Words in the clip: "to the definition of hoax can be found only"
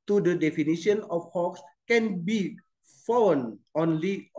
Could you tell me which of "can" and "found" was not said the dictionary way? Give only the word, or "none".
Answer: found